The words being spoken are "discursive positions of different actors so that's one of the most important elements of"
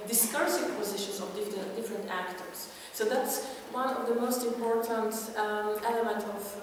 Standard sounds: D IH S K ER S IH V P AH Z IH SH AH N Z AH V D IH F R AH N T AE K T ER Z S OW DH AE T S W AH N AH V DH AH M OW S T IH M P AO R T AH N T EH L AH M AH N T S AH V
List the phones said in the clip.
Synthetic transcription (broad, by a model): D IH S K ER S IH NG P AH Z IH SH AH N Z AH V D IH F R AH N T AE K T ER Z S OW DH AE T S W AH N AH V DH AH M OW S T IH M P AO R T AH N T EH L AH M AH N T AH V